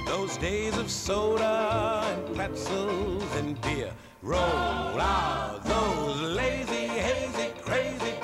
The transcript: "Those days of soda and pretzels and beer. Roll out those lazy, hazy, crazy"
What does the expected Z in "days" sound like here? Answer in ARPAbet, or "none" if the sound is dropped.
Z